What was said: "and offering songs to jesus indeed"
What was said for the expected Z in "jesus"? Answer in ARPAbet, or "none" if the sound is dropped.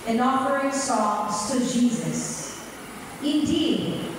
Z